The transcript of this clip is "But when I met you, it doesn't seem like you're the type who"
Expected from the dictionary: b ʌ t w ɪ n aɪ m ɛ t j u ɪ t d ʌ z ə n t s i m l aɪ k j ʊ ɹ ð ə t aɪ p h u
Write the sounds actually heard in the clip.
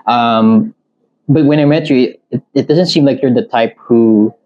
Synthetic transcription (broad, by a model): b ʌ t w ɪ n aɪ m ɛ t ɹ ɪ ɪ t d ʌ z ə n t s i m l aɪ k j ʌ ɹ ð ə t aɪ p h u